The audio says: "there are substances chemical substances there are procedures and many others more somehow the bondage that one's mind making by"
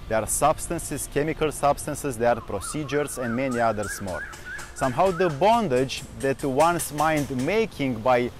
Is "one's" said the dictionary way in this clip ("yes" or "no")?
no